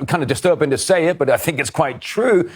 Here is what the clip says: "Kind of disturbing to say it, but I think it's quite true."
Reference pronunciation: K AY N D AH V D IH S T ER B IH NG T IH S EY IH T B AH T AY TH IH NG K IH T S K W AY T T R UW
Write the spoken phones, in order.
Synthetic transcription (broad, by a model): K AY N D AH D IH S T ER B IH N T IH S EY IH T B AH T AY TH IH NG K IH T S K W AY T T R UW